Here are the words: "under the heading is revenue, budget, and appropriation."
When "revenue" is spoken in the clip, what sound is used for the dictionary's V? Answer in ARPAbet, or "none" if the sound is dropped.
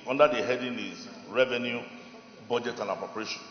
V